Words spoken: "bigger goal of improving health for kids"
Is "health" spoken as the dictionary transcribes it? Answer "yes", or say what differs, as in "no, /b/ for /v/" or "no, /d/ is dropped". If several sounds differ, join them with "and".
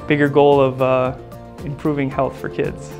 yes